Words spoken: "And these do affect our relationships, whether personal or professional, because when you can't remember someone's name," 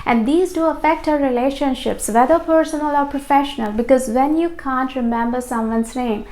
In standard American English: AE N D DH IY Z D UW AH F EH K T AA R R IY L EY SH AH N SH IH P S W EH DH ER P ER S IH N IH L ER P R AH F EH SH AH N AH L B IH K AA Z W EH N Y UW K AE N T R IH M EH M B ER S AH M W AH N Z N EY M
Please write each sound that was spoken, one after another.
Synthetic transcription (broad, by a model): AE N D IY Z D UW AH F EH K T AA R R IY L EY SH AH N SH IH P S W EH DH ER P ER S IH N IH L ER P R AH F EH SH AH N AH L B IH K AA Z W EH N Y UW K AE N T R IH M EH M B ER S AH M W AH N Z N EY M